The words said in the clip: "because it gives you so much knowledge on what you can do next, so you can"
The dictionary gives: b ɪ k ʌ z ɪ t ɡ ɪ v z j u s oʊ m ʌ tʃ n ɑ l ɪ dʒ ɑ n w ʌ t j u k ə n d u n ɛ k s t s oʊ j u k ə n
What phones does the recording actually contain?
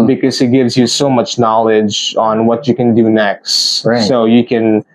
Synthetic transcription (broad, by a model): b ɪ k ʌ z ɪ t ɡ ɪ v z j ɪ s oʊ m ʌ tʃ n ɑ l ɪ dʒ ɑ n w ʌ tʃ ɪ k ə n d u n ɛ k s t s oʊ j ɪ k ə n